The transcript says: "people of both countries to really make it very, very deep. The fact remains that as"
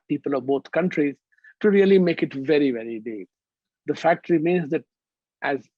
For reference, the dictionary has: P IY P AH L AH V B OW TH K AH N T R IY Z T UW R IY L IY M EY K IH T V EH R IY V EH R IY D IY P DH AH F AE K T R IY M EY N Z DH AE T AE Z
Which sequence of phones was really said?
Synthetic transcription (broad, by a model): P IY P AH L AH V B OW T K AH N T R IY Z T UW R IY L IY M EY K IH T V EH R IY V EH R IY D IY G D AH F AE K T R IY M EY N Z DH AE T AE Z